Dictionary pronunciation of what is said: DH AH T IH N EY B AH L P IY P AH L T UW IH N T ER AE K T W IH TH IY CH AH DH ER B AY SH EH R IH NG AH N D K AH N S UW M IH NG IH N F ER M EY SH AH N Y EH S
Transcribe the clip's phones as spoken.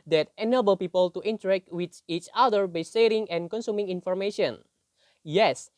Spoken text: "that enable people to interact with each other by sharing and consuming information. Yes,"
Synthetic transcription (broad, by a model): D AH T IH N EY B AH L P IY P AH L T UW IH N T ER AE K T W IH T IY CH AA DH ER B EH S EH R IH NG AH N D K AH N S UW M IH NG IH N F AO M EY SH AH N Y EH S